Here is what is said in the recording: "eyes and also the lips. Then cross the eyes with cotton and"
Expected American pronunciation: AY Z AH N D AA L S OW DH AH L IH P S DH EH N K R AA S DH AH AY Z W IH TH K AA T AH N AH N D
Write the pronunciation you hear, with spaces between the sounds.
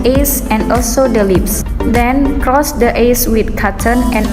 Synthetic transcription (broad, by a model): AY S AH N D AA L S OW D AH L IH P S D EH N K R AA S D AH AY S W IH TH K AA T AH N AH N